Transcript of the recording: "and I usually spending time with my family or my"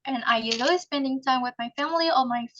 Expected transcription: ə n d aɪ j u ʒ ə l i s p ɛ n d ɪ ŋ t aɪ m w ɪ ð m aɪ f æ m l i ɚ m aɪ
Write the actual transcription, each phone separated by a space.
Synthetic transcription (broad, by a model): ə n aɪ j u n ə i s p ɛ n d ɪ ŋ t aɪ m w ɪ ð m aɪ f æ m l i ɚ m aɪ